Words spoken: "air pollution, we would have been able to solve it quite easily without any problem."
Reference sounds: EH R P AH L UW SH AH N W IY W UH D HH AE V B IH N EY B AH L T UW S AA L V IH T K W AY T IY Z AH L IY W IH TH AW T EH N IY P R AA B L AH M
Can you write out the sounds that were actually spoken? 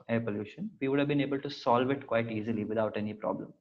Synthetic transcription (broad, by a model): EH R P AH L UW SH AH N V IY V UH D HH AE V B IH N EY B AH L T UW S AA L V IH T K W AY T IY Z AH L IY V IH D AW T EH N IY P R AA B L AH M